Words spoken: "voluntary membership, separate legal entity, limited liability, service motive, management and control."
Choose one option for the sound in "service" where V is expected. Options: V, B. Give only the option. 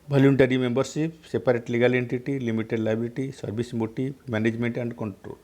B